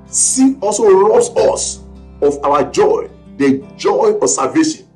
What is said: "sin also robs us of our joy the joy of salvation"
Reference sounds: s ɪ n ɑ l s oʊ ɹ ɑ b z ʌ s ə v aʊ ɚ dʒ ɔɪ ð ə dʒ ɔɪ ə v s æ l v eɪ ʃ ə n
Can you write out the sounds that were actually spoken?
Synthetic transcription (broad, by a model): s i ɑ l s oʊ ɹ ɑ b s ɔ s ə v aʊ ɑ dʒ ɔɪ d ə dʒ ɔɪ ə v s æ l v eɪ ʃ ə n